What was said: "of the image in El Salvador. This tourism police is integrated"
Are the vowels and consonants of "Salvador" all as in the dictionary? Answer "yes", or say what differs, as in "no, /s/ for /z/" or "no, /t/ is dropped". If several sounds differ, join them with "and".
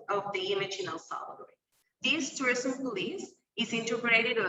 no, /v/ is dropped